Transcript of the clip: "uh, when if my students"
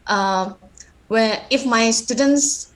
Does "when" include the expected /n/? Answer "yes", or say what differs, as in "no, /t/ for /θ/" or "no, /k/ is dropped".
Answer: no, /n/ is dropped